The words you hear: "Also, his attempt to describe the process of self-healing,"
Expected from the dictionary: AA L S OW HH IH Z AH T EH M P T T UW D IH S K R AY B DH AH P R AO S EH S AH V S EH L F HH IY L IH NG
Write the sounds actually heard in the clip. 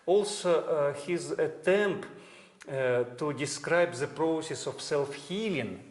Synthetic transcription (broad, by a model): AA L S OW HH IH Z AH T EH M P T T UW D IH S K R AY B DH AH P R AO S EH S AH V S EH L F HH IY L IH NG